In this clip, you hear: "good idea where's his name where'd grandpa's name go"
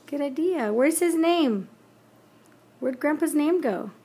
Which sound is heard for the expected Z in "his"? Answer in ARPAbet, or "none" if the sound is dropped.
Z